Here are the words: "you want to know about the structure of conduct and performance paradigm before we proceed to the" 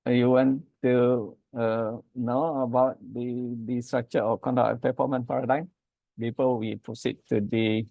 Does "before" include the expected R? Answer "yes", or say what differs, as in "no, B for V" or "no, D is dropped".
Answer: no, L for R